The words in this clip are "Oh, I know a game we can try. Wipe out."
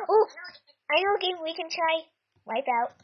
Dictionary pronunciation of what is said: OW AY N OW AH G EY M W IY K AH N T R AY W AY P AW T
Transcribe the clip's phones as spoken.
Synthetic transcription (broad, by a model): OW AY N OW AH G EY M W IY K AH N T R AY W AY P AW T